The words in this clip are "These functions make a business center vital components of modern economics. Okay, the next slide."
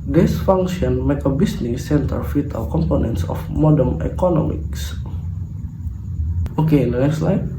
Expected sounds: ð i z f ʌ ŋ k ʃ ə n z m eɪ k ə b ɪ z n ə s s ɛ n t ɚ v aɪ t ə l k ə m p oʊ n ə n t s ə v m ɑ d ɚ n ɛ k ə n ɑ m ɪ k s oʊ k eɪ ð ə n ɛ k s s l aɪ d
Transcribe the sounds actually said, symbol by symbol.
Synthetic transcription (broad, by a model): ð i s f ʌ ŋ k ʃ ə n m eɪ k ə b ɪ s n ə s s ɛ n t ɚ f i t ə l k ə m p oʊ n ə n t s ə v m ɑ d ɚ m ɛ k ə n ɑ m ɪ k s oʊ k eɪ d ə n ɛ k s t l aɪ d